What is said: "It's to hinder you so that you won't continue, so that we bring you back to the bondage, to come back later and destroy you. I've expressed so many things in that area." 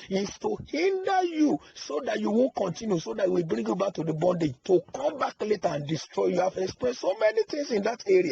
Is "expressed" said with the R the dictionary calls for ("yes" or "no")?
no